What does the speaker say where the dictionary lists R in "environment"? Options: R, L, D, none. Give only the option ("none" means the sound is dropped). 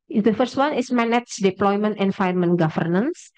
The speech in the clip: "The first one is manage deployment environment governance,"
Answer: none